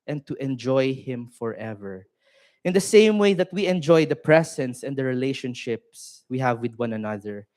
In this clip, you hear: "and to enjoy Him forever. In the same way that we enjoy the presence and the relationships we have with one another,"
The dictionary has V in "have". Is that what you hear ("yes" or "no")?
yes